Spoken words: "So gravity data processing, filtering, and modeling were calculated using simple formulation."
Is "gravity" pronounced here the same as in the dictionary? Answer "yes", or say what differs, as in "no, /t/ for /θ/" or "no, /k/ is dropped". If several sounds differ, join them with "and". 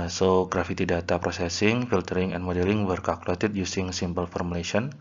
no, /f/ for /v/